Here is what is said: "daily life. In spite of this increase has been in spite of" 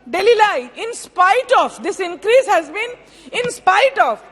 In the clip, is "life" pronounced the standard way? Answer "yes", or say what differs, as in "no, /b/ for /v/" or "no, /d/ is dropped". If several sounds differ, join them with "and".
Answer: no, /f/ is dropped